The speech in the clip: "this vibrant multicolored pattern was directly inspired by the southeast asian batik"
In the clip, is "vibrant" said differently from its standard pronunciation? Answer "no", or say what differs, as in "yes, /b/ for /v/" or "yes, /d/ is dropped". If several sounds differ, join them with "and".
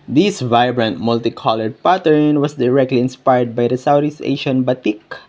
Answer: no